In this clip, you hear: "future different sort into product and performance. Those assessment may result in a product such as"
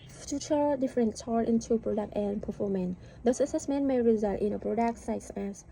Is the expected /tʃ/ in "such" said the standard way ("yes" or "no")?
no